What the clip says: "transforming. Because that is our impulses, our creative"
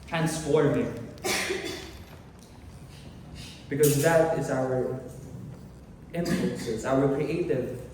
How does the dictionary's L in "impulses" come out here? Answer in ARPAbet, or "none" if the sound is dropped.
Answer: N